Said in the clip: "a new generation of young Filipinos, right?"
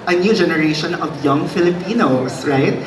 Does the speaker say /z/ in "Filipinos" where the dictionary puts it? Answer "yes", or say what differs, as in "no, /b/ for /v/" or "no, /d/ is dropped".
no, /s/ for /z/